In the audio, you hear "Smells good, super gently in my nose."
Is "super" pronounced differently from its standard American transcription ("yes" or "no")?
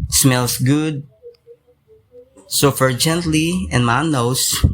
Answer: yes